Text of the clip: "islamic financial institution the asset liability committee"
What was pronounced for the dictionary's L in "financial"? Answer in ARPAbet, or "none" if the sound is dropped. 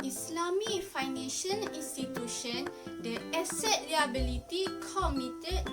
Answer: N